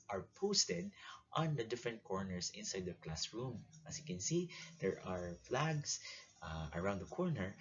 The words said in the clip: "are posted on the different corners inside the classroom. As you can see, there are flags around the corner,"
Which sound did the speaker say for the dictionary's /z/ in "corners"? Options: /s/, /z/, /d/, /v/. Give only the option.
/s/